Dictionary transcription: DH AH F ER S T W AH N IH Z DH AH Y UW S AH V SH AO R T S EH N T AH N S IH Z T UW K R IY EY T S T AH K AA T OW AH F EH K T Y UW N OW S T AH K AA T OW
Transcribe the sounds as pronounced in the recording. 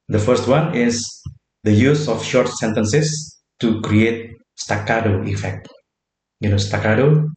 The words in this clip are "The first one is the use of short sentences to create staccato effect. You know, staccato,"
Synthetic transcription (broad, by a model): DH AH F ER S T W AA N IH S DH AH Y UW S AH F SH AO R T S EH N T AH N S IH S T UW K R IY EY T S T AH K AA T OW AH F EH K T Y UW N OW S T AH K AA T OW